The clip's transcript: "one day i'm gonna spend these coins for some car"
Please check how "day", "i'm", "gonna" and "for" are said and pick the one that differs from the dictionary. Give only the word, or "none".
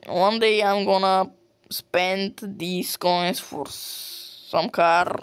none